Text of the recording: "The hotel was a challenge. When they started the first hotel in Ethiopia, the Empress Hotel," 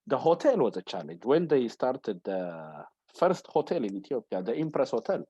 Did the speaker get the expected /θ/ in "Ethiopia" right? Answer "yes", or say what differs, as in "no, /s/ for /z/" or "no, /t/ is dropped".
no, /t/ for /θ/